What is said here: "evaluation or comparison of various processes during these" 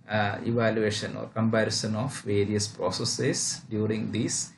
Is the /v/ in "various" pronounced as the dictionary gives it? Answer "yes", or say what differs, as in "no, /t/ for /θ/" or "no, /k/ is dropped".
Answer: yes